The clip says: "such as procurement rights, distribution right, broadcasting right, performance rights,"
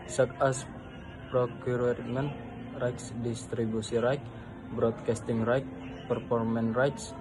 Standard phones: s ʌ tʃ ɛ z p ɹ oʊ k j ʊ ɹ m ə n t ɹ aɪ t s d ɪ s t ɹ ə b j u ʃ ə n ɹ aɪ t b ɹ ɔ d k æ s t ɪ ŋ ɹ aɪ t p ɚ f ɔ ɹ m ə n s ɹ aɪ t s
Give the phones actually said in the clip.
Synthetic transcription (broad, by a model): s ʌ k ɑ s p ɹ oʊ k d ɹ m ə n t ɹ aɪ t s d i s t ɹ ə b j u s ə ɹ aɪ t b ɹ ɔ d k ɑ s t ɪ ŋ ɹ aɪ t p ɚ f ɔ ɹ m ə n ɹ aɪ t s